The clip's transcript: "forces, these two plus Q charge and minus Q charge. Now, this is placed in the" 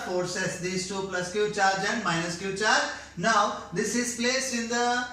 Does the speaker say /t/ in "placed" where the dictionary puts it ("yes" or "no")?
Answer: no